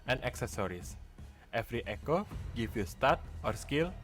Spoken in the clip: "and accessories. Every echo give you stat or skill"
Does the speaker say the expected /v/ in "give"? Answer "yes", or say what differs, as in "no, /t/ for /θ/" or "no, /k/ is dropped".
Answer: no, /f/ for /v/